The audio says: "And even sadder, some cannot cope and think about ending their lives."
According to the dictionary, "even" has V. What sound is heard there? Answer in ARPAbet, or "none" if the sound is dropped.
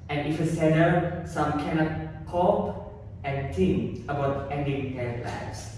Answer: F